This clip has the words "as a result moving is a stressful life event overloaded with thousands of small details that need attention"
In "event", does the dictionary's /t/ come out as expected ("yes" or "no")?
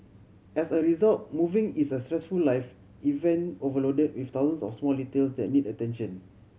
no